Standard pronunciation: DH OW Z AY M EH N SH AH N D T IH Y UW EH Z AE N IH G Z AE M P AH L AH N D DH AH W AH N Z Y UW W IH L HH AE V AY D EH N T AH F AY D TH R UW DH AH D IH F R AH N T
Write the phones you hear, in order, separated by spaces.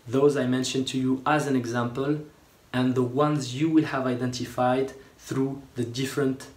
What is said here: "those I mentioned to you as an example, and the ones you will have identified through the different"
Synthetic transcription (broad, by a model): DH OW Z AY M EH N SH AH N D T IH Y UW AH Z AE N IH G Z AE M P AH L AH N DH AH W AH N Z Y UW W IH L HH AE V AY D EH N T AH F AY D TH R UW DH AH D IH F R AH N T